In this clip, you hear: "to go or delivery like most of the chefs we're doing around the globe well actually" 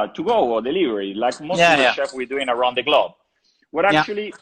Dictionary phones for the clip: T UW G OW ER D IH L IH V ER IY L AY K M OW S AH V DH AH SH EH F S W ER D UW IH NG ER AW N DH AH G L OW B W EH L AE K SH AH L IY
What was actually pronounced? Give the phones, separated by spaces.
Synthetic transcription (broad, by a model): T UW G OW ER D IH L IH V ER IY L AY K M OW AH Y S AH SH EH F W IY D UW IH NG ER AW N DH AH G L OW B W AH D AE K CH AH L IY